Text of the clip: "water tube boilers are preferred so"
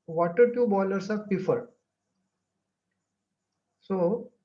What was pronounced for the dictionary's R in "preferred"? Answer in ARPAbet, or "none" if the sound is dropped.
none